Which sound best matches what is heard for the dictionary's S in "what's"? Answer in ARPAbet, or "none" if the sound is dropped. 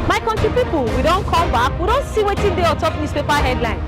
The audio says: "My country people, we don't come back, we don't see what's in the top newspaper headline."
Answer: none